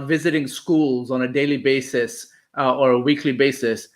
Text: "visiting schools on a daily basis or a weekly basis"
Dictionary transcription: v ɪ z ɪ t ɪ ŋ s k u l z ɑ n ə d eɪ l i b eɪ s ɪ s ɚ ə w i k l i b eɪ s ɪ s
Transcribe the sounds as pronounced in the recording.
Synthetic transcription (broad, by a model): v ɪ z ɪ t ɪ ŋ s k u l z ɑ n ə d eɪ l i b eɪ s ɪ s ɚ ə w i k l i b eɪ s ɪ s